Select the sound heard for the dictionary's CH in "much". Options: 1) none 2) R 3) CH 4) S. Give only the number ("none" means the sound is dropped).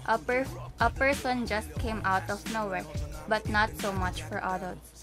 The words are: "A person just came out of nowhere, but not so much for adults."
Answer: 3